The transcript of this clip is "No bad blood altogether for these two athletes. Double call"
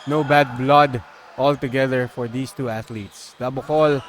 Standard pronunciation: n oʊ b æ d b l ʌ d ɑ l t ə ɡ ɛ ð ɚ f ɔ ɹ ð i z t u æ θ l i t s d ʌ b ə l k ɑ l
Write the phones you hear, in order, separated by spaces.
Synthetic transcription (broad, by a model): n oʊ b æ d b l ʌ d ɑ l t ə ɡ ɛ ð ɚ f ɔ ɹ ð i s t u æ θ l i t s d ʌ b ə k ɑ l